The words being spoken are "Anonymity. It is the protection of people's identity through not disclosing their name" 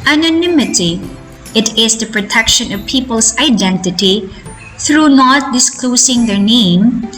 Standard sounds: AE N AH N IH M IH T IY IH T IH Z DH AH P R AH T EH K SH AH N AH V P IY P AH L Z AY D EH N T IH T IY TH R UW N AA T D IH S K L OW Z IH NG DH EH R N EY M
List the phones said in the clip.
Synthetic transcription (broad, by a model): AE N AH N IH M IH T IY IH T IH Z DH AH P R AH T EH K SH AH N AH V P IY P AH L S AY D EH N T IH T IY TH R UW N AA T D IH S K L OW S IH NG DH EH R N EY M